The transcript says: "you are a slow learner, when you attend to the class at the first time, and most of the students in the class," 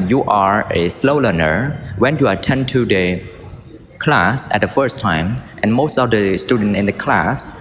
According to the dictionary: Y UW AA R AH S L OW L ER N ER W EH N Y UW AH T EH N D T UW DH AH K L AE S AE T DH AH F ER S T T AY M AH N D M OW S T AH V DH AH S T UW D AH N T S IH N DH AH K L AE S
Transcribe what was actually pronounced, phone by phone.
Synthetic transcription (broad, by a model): Y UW AA R AH S L OW L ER N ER W EH N Y UW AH T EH N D T UW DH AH K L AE S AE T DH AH F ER S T T AY M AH N M OW S T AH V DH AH S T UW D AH N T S IH N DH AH K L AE S